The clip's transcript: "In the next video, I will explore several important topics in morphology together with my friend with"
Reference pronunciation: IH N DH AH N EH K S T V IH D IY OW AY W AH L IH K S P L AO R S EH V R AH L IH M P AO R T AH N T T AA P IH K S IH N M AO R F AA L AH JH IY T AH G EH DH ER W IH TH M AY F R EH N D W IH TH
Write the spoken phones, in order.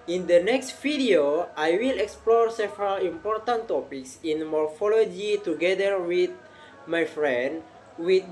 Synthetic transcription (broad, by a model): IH N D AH N EH K S T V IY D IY OW AY W AH L IH K S P L AO R S EH V R AH L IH M P AO R T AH N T T AA P IH K S IH N M AO R F AA L AH JH IY T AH G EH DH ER W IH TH M AY F R EH N D W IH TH